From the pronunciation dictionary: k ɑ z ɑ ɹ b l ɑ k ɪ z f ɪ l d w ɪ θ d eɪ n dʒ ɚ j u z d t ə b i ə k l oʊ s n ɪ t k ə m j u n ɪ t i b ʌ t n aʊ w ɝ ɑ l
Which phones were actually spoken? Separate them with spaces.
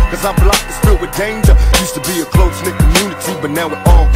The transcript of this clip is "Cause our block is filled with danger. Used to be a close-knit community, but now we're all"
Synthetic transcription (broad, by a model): k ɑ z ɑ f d l ɑ ɪ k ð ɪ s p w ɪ d eɪ n dʒ ɚ j u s t ə b i ə k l oʊ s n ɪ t k ə m j u n ɪ t i b ʌ t n aʊ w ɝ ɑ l